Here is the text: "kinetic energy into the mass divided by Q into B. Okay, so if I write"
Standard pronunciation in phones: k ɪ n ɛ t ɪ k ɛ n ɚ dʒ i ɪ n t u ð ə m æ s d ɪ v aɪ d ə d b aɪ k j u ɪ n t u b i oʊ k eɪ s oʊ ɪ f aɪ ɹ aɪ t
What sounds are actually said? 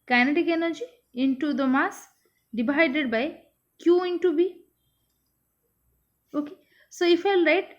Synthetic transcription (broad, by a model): k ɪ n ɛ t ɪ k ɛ n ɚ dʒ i ɪ n t u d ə m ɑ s d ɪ b aɪ d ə d b aɪ k j u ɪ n t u b i oʊ k eɪ s oʊ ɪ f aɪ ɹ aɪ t